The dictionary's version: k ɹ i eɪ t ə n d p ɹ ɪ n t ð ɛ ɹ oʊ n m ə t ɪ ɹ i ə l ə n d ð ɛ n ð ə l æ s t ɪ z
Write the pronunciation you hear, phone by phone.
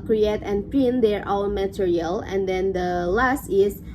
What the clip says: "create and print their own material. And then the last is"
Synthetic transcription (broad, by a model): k ɹ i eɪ t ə n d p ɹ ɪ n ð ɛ ɹ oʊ l m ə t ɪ ɹ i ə l ə n d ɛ n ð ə l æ s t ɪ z